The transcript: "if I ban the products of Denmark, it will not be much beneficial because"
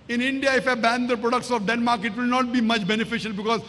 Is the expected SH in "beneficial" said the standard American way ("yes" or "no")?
yes